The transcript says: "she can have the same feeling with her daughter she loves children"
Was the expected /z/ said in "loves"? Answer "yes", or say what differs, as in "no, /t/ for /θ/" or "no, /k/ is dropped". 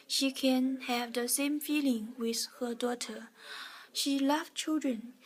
no, /z/ is dropped